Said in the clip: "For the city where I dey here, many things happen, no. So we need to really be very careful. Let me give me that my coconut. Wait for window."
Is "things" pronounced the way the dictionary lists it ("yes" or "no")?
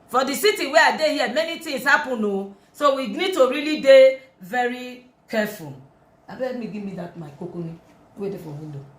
no